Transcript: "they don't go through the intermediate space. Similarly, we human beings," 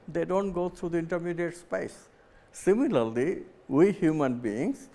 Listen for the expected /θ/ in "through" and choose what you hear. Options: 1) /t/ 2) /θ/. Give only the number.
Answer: 1